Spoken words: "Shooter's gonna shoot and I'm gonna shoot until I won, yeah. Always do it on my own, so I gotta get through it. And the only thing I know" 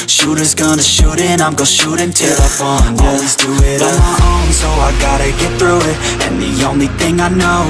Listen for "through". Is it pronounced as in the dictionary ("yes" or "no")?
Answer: yes